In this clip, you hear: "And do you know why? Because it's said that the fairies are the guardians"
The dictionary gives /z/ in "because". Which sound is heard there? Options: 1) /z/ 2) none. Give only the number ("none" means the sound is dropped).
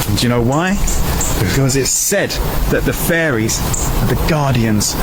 1